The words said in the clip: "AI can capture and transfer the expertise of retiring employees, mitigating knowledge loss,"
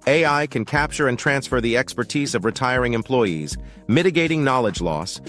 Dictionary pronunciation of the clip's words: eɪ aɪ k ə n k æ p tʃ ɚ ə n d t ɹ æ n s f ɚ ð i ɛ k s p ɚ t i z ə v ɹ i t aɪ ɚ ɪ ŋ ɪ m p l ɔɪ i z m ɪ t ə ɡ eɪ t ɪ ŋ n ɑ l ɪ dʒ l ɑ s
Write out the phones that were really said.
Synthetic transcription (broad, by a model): eɪ aɪ k ə n k æ p tʃ ɚ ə n t ɹ æ n s f ɚ ð i ɛ k s p ɚ t i z ə v ɹ i t aɪ ɚ ɪ ŋ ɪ m p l ɔɪ i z m ɪ t ə ɡ eɪ t ɪ ŋ n ɑ l ɪ dʒ l ɑ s